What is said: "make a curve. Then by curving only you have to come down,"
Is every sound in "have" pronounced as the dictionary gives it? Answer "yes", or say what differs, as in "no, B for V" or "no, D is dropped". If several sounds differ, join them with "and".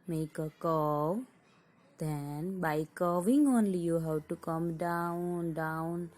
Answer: no, W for V